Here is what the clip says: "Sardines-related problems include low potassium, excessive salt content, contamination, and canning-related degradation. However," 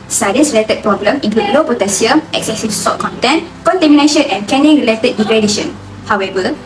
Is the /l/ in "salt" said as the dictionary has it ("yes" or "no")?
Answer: no